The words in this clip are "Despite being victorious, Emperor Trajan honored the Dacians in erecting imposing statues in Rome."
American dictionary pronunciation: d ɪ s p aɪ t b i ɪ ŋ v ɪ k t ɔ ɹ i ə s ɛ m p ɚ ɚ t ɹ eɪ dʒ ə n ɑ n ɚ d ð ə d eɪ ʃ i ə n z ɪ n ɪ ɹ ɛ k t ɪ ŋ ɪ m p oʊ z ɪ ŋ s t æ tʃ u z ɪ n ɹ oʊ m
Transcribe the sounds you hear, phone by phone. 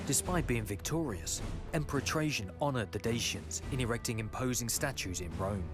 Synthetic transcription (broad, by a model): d ɪ s p aɪ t b i ɪ ŋ v ɪ k t ɔ ɹ i ə s ɛ m p ɚ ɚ t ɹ eɪ ʃ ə n ɑ n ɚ d ð ə d eɪ ʃ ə n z ɪ n ɪ ɹ ɛ k t ɪ ŋ ɪ m p oʊ z ɪ ŋ s t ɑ tʃ u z ɪ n ɹ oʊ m